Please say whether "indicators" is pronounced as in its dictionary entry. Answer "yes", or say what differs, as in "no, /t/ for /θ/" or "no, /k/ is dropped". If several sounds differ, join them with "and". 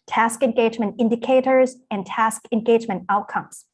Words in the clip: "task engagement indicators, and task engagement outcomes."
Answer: yes